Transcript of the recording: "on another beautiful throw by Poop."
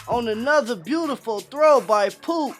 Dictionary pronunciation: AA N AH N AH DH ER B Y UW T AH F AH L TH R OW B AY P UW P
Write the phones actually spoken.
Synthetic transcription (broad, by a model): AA N AH N AH DH ER B Y UW T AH F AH L TH R OW B AY P UW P